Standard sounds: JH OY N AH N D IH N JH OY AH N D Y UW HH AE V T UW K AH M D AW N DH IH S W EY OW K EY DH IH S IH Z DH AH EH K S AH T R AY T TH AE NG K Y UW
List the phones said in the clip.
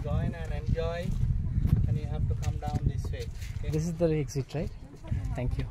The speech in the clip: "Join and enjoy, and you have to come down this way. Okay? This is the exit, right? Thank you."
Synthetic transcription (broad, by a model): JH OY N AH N IH N JH OY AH N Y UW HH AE B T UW K AH M D AW N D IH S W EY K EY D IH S IH Z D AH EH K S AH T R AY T T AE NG K Y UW